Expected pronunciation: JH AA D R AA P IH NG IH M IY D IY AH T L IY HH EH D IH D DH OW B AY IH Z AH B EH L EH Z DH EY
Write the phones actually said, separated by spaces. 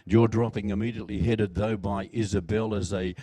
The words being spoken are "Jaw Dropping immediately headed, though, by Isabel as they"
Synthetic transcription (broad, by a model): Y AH D R AA P IH NG IH M IY D IY AH T L IY HH EH D IH D DH OW B AY IH Z AH B EH L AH Z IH